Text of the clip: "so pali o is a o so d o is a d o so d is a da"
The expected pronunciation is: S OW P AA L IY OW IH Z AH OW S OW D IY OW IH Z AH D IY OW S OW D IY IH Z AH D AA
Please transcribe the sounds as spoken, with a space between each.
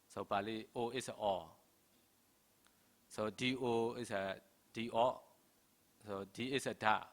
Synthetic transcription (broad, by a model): S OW B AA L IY OW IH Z AH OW S OW D IY OW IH S AH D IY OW S OW D IY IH S AH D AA